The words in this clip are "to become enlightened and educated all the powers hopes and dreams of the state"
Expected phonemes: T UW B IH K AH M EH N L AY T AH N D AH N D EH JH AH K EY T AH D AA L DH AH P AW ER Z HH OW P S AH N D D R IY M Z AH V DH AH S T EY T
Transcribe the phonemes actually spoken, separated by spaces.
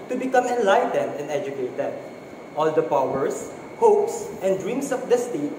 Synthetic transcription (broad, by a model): T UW B IH K AH M EH N L AY T AH N D AH N D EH JH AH K EY T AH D AA L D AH P AW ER S HH OW P S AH N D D R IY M S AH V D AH S T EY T